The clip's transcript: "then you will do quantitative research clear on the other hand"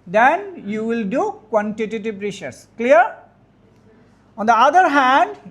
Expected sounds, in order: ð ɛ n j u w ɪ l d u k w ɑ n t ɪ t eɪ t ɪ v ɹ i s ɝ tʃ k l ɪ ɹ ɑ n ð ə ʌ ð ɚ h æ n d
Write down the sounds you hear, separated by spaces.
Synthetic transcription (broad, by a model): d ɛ n j u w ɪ l d u k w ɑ n t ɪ t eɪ t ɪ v ɹ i ʃ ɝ s k l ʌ ɹ ɑ n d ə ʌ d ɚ h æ n d